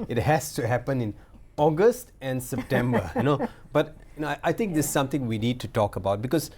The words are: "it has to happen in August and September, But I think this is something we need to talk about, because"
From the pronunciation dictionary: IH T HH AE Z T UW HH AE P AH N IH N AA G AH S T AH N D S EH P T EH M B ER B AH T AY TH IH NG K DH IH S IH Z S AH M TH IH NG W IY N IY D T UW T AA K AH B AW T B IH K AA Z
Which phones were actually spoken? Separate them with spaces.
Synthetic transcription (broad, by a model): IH T HH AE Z T UW HH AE P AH N IH N AA G AH S T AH N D S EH P T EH M B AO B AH T AY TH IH NG K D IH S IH S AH M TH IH NG W IY N IY D T UW T AA K AH B AW T B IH K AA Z